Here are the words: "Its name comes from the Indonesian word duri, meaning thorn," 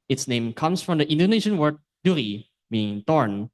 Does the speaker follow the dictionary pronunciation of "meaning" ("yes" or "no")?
no